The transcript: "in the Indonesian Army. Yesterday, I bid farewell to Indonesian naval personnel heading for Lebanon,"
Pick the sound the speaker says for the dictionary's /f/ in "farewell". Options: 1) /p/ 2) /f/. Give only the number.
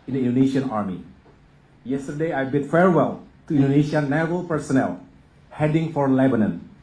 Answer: 2